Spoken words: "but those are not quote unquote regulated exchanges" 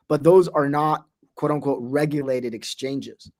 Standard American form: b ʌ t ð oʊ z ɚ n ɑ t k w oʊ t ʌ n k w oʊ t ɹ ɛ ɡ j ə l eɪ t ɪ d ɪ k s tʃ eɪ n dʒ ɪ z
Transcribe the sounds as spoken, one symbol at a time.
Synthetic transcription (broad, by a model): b ʌ t ð oʊ z ɚ n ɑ t k w oʊ t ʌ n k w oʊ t ɹ ɛ ɡ j ə l eɪ t ɪ d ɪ k s tʃ eɪ n dʒ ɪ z